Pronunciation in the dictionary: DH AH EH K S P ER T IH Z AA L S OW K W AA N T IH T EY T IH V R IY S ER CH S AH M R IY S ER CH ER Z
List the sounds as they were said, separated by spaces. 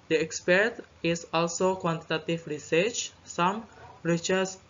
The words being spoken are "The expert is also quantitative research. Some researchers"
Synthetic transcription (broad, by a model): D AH EH K S P ER T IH S AA L S OW K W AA N T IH T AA T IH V R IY S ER CH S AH M R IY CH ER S